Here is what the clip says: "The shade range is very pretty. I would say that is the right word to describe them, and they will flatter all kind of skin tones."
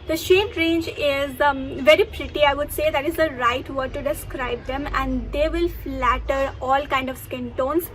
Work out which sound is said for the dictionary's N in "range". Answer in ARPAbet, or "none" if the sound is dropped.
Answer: N